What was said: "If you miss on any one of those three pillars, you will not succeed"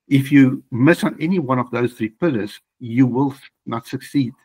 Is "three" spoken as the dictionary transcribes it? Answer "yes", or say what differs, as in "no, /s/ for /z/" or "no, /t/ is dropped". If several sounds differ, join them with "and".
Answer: yes